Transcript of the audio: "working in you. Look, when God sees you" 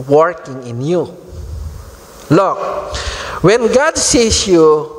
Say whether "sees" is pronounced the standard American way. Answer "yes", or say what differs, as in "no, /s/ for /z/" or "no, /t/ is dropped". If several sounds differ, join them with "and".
no, /s/ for /z/